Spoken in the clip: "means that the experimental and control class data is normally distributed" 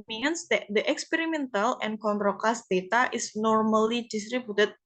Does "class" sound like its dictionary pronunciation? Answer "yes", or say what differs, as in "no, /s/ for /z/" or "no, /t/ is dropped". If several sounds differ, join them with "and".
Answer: no, /l/ is dropped